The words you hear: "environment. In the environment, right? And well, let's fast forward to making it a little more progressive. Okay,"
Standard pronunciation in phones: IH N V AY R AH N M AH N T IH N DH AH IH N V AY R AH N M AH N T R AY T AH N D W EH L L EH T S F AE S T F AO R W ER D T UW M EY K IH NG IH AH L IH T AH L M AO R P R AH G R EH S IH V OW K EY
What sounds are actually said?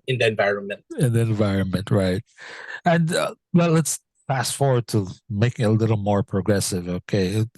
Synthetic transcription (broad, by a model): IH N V AY R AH N M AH N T IH N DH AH IH N V AY R AH N M AH N T R AY T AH N D W EH L L EH T S P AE S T F AO R W ER D T UW M EY K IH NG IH AH L IH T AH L M AO R P R AH G R EH S IH V OW K EY